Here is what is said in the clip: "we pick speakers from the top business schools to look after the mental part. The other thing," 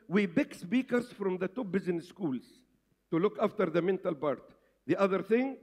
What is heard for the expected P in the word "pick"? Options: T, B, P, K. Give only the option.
B